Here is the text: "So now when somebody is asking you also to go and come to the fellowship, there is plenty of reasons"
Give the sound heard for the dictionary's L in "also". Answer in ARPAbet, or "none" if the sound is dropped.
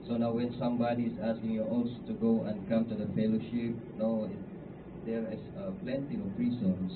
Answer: none